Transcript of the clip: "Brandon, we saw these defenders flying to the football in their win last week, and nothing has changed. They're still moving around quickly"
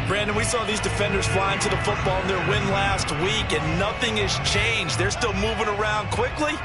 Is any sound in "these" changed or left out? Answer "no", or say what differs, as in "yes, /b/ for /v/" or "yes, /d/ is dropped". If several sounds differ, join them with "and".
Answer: no